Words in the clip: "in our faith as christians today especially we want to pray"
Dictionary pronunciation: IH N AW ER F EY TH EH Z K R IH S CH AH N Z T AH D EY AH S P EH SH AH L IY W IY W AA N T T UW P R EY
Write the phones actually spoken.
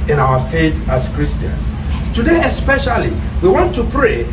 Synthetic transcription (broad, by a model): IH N AW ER F EY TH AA S K R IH S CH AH N S T AH D EY AH S P EH SH AH L IY W IY W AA N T T UW P R EY